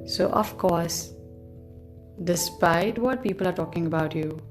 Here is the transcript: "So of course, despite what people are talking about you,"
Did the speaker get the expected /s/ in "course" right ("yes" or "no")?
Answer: yes